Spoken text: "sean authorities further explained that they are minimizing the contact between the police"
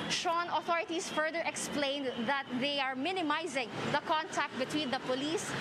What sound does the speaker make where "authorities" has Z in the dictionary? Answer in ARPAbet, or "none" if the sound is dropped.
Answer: S